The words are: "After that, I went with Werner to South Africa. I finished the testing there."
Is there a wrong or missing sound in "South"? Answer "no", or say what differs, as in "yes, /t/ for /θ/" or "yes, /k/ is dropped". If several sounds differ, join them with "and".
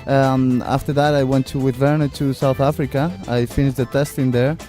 no